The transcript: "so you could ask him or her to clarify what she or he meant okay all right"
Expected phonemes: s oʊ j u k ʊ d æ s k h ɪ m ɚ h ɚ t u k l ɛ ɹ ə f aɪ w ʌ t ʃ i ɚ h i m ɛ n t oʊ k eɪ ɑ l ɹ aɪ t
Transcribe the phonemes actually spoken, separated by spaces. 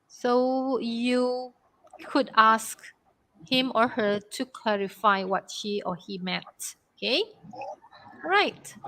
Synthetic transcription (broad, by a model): s oʊ j u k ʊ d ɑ s k h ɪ m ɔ h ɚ t u k l ɛ ɹ ə f aɪ w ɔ t ʃ i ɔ h i m ɛ t oʊ k eɪ ɹ aɪ t